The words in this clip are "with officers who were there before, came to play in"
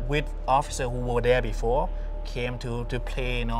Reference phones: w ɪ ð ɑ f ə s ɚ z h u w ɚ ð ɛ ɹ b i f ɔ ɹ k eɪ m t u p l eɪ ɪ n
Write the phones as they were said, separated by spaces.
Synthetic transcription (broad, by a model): w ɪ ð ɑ f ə s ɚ h u w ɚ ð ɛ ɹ b i f ɔ ɹ k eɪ m t u p l eɪ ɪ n